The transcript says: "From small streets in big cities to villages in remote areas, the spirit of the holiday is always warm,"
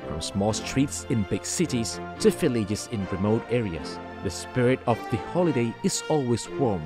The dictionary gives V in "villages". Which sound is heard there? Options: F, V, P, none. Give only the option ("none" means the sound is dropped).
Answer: F